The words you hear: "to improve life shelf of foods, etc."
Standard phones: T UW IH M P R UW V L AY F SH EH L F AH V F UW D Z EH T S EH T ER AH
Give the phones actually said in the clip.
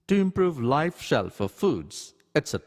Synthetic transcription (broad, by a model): T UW IH M P R UW V L AY F SH EH L F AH F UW D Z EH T S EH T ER